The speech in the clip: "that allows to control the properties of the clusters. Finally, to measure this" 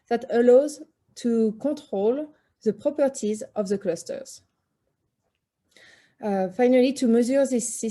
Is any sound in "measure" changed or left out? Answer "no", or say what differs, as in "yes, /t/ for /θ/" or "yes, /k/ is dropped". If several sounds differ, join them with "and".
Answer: yes, /z/ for /ʒ/